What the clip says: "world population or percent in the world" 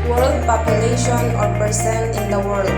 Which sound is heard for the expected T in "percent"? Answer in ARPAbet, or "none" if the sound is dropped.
none